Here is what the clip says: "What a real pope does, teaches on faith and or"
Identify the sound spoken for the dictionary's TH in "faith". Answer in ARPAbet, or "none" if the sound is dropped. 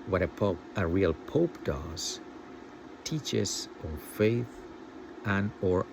TH